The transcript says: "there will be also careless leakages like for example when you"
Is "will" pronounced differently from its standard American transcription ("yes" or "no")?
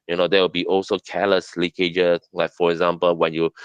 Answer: yes